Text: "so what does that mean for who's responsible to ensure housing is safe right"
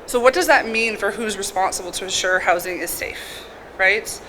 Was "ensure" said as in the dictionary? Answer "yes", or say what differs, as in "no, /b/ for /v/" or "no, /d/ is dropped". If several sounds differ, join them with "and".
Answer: yes